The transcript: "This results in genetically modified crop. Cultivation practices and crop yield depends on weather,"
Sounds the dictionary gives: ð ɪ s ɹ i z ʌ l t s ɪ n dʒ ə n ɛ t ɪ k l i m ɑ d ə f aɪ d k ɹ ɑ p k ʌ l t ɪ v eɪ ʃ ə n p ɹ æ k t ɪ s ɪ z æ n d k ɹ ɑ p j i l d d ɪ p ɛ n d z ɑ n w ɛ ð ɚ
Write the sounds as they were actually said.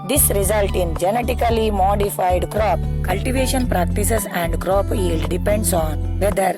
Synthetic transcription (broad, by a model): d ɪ s ɹ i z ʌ l t ɪ n dʒ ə n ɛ t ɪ k l i m ɑ d ə f aɪ d k ɹ ɑ p k ʌ l t ɪ v eɪ ʃ ə n p ɹ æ k t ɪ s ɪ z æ n d k ɹ ɑ p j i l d d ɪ p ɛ n d s ɑ n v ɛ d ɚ